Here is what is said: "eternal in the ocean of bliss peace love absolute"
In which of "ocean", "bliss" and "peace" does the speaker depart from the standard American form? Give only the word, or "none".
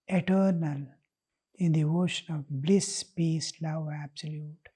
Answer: none